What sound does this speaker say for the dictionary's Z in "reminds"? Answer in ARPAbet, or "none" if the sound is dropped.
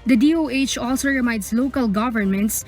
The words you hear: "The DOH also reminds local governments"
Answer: S